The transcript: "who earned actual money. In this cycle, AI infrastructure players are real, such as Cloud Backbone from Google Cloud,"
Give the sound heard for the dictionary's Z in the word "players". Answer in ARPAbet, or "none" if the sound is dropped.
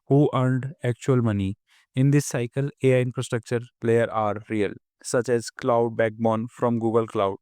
none